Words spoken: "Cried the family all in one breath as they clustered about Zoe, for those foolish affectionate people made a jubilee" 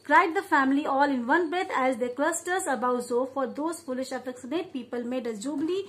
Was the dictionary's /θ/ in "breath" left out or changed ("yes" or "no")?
yes